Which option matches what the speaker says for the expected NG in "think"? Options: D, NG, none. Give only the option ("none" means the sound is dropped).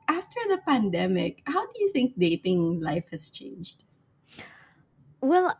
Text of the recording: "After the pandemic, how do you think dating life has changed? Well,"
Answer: NG